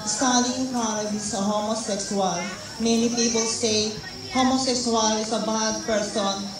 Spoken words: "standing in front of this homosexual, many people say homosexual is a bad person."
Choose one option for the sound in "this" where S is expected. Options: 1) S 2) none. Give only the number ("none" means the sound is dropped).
2